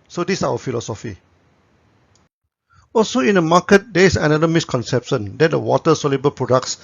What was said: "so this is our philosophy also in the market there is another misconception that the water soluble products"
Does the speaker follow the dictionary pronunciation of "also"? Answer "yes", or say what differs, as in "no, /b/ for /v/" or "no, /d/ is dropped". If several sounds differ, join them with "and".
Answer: yes